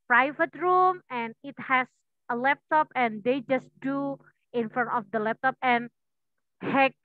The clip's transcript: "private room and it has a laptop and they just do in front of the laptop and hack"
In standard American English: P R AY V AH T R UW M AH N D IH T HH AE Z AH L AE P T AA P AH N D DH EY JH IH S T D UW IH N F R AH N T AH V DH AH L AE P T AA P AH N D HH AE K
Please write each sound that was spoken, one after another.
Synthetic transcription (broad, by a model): P R AY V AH T R UW M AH N IH T HH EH S AH L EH P T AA P AH N D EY JH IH S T D UW IH N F AH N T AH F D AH L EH P T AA P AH N HH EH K